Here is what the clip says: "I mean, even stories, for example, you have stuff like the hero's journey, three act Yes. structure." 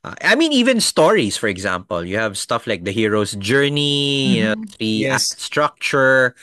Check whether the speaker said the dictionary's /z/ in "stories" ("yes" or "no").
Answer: no